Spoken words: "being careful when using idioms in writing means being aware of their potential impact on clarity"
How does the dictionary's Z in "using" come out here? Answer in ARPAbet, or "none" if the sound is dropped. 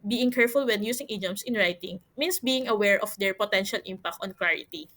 S